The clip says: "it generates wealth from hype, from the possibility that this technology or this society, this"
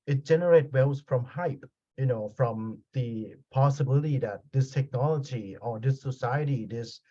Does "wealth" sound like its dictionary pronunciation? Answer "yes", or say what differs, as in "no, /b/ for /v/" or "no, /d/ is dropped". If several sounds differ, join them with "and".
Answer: no, /s/ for /θ/